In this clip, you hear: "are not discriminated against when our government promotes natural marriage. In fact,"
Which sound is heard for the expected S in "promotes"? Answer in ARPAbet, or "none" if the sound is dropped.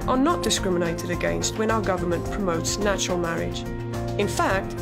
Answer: S